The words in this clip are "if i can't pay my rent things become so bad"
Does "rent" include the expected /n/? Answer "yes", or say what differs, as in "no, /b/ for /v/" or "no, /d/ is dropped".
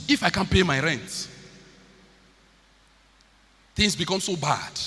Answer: yes